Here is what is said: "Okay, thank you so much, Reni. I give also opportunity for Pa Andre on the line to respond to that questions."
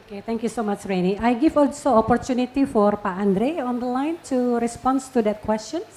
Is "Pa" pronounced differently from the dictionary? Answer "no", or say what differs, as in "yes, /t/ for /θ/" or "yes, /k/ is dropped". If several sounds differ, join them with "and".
no